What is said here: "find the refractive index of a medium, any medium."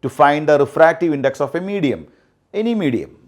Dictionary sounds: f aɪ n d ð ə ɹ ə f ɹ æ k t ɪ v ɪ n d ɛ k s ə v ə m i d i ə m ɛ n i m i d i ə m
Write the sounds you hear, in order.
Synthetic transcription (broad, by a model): f aɪ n d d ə ɹ ə f ɹ æ k t ɪ v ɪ n d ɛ k s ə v ə m i d i ə m ɛ n i m i d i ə m